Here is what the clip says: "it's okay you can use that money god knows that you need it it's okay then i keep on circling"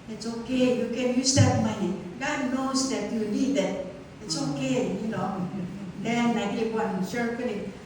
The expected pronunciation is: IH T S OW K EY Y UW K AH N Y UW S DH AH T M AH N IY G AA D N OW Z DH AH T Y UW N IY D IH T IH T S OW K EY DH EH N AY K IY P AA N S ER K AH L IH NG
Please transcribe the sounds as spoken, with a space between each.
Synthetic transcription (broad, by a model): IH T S OW K EY Y UW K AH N Y UW S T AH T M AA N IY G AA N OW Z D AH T Y UW L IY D IH T IH T S OW K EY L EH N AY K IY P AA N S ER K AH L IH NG